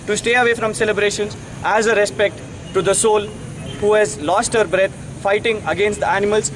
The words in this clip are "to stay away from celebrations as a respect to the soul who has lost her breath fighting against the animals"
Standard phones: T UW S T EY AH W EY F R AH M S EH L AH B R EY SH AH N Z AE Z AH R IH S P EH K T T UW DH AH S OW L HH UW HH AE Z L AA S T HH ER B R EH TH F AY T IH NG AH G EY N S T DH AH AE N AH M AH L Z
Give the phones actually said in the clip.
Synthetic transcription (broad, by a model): T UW S T EY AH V EY F R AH M S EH L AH B R EY SH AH N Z AE Z AH R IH S P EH K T T UW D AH S OW L HH UW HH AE Z L AA S T HH ER B R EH T F AY T IH NG AH G EY N S T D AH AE N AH M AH L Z